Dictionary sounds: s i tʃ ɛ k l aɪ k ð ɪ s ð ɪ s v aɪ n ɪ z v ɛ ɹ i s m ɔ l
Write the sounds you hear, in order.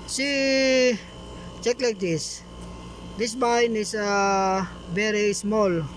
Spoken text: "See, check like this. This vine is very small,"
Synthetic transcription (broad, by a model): s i tʃ ɛ k l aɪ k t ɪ s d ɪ s b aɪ n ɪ s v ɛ ɹ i s m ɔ l